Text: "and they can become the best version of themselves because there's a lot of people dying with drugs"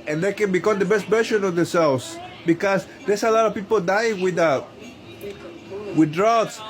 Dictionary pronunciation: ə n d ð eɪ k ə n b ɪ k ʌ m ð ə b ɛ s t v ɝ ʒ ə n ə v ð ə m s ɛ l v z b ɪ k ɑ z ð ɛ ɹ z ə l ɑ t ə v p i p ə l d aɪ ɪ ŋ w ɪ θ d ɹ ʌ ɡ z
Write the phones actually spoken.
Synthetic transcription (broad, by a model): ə n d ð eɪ k ə n b ɪ k ʌ m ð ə b ɛ s t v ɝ ʃ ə n ə v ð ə s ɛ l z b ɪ k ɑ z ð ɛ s ə l ɑ t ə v p i p ə l d aɪ ɪ ŋ w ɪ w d ɹ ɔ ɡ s